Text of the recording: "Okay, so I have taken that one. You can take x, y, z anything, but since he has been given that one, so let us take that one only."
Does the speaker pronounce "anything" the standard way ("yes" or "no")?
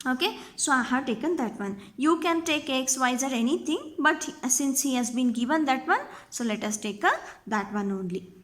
no